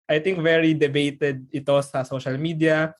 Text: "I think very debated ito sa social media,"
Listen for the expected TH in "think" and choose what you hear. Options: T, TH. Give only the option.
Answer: T